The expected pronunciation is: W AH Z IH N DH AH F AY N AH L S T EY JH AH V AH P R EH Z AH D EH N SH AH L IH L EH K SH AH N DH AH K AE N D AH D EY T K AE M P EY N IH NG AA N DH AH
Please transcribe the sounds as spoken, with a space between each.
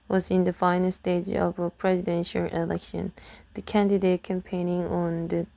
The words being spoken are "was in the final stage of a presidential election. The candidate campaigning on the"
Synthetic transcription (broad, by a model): W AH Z IH N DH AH F AY N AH L S T EY JH AH V AH P R EH Z AH D EH N SH AH L IH L EH K SH AH N DH AH K AE N D AH D EY T K AE M P EY N IH NG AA N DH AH